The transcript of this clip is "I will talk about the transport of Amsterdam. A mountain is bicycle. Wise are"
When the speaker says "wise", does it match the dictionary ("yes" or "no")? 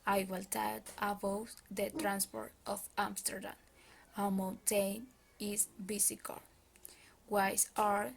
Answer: no